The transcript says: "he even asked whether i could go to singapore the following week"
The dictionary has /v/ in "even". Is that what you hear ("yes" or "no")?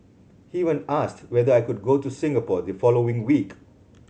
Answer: no